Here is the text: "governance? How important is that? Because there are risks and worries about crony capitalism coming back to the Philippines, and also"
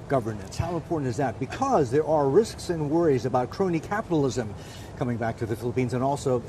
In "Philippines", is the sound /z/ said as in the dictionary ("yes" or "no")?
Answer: yes